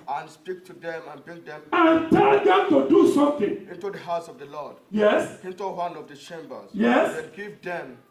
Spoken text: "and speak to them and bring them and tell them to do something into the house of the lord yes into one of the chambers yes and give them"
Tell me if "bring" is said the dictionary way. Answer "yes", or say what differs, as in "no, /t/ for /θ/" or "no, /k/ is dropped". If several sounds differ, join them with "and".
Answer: no, /ɹ/ is dropped